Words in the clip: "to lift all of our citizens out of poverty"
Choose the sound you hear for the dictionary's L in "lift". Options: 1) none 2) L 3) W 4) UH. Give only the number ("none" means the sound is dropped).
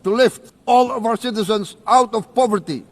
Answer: 2